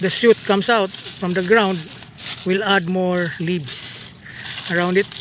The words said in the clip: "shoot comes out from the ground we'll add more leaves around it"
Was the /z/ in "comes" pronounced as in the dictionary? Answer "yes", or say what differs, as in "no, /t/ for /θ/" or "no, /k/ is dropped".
no, /s/ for /z/